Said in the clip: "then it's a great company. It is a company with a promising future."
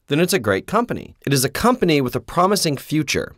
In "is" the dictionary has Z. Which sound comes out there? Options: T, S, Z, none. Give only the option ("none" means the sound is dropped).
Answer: Z